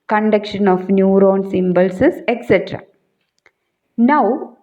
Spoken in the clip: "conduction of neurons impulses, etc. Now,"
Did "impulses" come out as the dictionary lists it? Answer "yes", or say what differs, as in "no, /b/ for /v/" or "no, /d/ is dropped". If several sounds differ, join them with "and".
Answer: no, /b/ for /p/